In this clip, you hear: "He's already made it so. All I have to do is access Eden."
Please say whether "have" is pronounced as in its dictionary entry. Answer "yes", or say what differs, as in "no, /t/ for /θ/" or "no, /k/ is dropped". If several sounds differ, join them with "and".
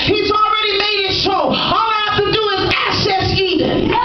no, /f/ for /v/